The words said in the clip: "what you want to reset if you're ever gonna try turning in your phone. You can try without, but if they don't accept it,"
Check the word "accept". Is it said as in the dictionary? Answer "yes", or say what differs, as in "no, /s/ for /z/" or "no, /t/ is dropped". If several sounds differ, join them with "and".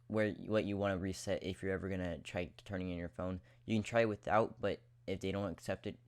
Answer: yes